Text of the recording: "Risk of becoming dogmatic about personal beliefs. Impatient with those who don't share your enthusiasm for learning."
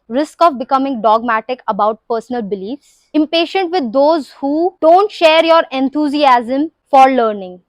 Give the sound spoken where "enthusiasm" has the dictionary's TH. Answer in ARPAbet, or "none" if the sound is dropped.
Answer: T